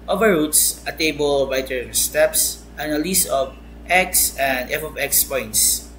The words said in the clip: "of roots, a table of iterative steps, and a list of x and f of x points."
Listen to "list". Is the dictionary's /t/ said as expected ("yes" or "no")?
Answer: no